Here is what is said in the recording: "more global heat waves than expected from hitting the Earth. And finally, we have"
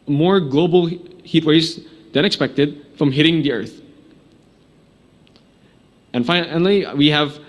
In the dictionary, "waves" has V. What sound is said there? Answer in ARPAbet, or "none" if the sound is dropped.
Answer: none